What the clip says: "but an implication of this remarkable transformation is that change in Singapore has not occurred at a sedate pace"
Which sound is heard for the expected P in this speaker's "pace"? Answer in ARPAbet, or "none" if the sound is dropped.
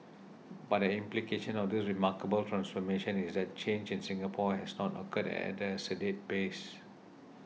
B